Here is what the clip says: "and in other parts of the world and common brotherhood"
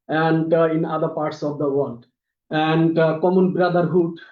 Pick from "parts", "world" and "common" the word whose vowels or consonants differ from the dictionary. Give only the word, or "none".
world